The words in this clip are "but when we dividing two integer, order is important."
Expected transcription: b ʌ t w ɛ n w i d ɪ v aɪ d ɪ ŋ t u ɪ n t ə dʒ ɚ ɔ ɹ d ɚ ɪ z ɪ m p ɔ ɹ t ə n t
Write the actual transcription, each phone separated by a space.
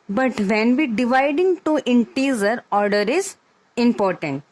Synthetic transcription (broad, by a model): b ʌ t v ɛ n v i d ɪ v aɪ d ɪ ŋ t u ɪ n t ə z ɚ ɔ ɹ d ɚ ɪ z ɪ m p ɔ ɹ t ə n t